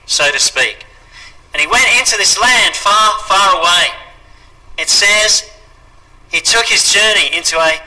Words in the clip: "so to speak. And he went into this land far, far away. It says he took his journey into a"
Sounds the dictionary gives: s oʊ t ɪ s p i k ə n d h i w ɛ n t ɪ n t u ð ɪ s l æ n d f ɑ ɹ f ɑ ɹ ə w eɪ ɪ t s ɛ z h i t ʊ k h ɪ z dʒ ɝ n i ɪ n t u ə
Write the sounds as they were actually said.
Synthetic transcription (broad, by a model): s oʊ t ɪ s p i k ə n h i w ɛ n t ɪ n t u ð ɪ s l æ n d f ɑ ɹ f ɑ ɹ ə w eɪ ɪ t s ɛ z h i t ʊ k h ɪ z dʒ ɝ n i ɪ n t u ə